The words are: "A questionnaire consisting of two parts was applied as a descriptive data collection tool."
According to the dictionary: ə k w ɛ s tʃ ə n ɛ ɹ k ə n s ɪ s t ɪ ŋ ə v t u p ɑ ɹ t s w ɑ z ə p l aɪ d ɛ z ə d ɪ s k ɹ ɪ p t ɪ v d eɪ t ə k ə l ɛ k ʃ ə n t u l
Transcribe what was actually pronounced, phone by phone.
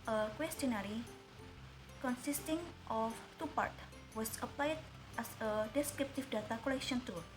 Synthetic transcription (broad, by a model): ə k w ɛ s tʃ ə n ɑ ɹ k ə n s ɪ s t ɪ ŋ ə f t u p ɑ ɹ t w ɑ s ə p l aɪ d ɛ s ə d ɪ s k ɹ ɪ p t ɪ f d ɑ t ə k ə l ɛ k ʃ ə n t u